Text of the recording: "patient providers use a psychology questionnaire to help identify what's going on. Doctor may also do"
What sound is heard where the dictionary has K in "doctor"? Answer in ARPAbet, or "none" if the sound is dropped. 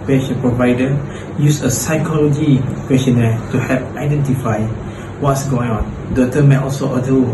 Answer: none